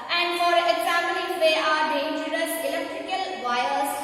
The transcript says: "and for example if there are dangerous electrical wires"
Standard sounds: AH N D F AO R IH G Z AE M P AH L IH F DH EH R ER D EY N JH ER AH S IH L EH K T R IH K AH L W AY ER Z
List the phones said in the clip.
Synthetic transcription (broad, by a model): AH N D F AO R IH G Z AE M AH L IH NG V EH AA D EY N JH ER AH S IH L EH K T R IH K AH L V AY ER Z